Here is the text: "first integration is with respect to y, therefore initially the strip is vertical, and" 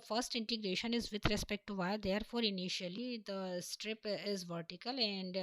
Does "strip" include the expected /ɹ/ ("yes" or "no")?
yes